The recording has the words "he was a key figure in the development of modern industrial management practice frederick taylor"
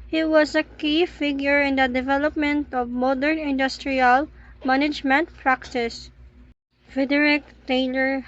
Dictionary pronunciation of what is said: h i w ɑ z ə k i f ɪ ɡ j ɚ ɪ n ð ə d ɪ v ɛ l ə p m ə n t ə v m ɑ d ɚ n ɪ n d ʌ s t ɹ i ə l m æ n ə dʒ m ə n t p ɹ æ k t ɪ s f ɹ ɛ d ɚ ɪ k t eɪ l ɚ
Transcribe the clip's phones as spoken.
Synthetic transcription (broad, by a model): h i w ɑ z ə k i f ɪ ɡ j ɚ ɪ n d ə d ɪ v ɛ l ə p m ə n t ə v m ɑ d ɚ n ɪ n d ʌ s t ɹ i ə l m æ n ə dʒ m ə n t p ɹ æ k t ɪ s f ɛ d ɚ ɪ k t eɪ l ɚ